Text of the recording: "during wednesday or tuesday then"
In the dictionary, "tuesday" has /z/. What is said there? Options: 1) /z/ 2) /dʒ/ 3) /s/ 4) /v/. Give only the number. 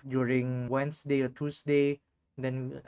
3